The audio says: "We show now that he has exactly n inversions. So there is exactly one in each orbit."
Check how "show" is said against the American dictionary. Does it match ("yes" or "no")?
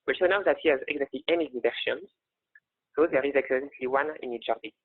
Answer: no